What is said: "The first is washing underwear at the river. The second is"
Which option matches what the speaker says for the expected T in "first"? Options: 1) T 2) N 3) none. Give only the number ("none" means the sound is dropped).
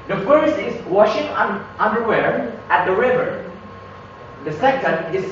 3